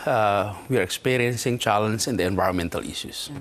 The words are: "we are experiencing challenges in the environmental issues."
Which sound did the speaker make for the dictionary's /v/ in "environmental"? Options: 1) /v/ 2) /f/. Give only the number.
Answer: 1